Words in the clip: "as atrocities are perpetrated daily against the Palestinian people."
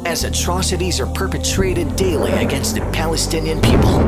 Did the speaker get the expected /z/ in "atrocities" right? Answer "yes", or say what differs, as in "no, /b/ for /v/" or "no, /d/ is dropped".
yes